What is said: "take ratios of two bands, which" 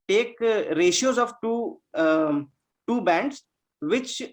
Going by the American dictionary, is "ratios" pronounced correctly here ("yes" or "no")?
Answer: yes